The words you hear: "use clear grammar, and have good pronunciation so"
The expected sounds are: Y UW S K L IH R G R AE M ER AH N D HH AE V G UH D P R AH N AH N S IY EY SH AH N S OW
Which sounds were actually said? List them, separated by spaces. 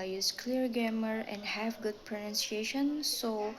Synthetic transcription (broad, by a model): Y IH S K L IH R G AE M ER AH N D HH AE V G UH D P R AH N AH N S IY EY SH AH N S OW